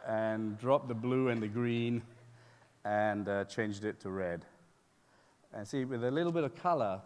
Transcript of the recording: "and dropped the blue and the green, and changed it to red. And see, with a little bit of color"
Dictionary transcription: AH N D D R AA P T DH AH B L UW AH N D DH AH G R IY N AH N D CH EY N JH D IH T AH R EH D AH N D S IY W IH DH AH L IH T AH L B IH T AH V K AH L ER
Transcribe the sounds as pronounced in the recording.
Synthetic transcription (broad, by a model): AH N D D R AA P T DH AH B L UW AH N DH AH G R IY N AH N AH CH EY N JH D IH T AH R EH D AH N S IY W IH DH AH L IH T L B IH T AH V K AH L ER